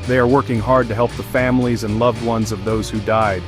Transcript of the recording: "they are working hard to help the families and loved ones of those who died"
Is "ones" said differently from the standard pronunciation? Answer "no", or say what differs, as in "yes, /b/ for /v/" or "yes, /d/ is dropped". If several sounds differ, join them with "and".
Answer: no